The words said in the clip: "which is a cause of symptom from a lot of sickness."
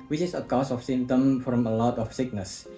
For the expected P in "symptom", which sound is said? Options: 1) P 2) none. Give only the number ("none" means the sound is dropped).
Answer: 2